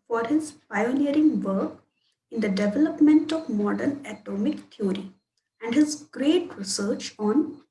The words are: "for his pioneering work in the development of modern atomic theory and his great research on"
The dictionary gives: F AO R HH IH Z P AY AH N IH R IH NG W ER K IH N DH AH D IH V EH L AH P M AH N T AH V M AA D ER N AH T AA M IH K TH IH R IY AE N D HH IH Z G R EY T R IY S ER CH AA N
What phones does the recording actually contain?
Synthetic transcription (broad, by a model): F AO R HH IH Z P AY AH N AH R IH NG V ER K IH N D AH D IH V EH L AH P M AH N T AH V M AA D ER N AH T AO M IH K T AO R IY AE N D HH IH Z G R EY T R IY S ER CH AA N